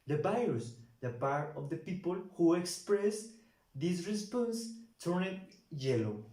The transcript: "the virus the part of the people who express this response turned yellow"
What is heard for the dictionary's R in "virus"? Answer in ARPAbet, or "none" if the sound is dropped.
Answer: none